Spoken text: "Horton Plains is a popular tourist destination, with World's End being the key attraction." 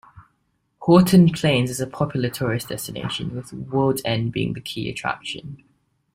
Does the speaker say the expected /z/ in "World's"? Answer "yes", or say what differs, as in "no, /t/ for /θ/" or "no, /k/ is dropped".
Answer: no, /z/ is dropped